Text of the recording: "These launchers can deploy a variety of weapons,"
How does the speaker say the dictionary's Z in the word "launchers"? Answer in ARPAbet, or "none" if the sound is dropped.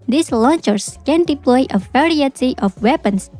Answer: S